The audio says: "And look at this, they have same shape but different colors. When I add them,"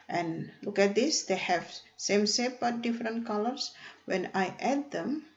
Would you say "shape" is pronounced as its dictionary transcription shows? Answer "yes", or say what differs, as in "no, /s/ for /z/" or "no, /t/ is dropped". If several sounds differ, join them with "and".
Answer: no, /s/ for /ʃ/